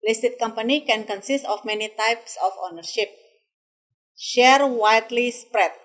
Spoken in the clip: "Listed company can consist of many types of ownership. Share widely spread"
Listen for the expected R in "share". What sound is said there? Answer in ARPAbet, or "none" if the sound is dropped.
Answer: R